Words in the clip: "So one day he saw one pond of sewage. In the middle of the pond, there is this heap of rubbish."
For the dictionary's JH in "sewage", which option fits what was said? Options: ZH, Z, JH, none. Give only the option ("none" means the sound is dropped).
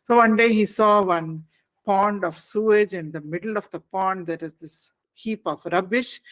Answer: JH